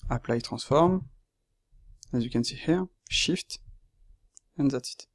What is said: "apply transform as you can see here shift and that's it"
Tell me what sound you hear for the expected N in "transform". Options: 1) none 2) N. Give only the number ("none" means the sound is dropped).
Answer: 1